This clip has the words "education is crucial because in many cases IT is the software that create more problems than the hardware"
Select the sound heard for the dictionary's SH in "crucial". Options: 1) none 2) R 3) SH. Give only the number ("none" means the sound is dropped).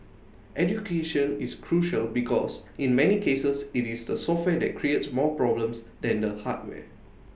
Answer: 3